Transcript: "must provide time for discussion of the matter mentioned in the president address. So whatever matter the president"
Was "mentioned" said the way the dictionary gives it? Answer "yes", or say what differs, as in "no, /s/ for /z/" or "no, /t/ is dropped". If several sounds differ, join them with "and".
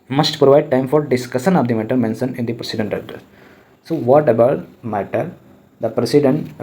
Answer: no, /d/ is dropped